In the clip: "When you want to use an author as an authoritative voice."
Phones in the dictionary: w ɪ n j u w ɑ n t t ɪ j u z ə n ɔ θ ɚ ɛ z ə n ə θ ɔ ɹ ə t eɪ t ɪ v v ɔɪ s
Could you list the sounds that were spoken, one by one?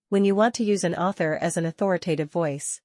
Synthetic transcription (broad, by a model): w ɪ n j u w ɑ n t t ɪ j u z ə n ɔ θ ɚ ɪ z ə n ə θ ɔ ɹ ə t eɪ t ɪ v v ɔɪ s